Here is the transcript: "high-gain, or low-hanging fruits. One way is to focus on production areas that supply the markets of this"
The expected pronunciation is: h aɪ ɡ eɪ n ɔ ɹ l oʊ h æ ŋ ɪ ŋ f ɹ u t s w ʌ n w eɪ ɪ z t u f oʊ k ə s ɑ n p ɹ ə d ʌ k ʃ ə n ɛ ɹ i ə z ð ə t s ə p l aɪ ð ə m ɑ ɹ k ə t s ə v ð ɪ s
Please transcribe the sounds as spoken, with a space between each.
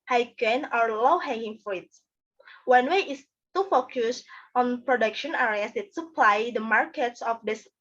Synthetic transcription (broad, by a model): h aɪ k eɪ n ɔ ɹ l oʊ h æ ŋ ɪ ŋ f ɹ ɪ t w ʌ n w eɪ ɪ s t u f oʊ k ə s ɑ n p ɹ ə d ʌ k ʃ ə n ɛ ɹ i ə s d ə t s ə p l aɪ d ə m ɑ ɹ k ə t s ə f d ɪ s